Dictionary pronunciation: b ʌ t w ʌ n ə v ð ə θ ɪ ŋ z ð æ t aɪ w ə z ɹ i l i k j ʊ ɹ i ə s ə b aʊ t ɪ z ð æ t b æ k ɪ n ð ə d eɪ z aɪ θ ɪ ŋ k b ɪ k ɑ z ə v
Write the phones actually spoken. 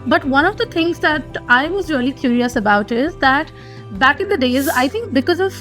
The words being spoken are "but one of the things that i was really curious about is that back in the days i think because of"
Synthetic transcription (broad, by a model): b ʌ t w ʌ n ə v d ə t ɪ ŋ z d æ t aɪ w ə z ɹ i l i k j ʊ ɹ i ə s ə b aʊ t ɪ z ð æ t b æ k ɪ n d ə d eɪ z aɪ t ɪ ŋ k b ɪ k ɑ z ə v